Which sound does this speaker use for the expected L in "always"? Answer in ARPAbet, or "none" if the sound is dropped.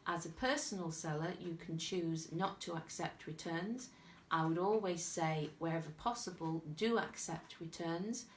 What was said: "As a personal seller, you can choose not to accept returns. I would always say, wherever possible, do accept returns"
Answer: L